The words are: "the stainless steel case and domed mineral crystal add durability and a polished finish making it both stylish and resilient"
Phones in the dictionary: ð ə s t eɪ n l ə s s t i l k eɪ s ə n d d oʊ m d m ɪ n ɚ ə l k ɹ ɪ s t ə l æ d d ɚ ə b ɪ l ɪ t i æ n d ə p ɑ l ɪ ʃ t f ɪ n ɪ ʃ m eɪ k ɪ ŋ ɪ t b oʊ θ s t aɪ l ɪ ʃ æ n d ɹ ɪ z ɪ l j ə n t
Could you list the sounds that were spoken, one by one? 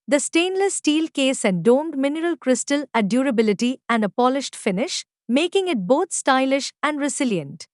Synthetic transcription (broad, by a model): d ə s t eɪ n l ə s s t i l k eɪ s ə n d d oʊ m d m ɪ n ɚ ə l k ɹ ɪ s t ə l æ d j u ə b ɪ l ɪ t i æ n d ə p ɑ l ɪ ʃ t f ɪ n ɪ ʃ m eɪ k ɪ ŋ ɪ t b oʊ t s t aɪ l ɪ ʃ æ n d ɹ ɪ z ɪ l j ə n t